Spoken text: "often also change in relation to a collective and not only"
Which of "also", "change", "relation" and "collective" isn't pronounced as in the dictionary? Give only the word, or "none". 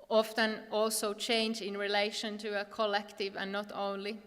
none